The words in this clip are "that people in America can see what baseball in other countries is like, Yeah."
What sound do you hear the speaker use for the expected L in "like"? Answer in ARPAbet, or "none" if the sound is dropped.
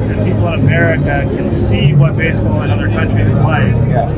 W